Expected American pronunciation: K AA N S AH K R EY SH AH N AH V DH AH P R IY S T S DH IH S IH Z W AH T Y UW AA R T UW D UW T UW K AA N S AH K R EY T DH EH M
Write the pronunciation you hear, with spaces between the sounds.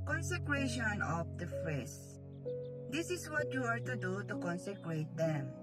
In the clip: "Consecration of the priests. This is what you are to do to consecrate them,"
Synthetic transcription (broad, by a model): K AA N S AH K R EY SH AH N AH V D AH F R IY S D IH S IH S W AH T Y UW AA R T UW D UW T UW K AA N S AH K R EY T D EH M